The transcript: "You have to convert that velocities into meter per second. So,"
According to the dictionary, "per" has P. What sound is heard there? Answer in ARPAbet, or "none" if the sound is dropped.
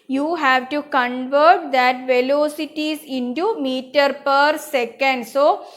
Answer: P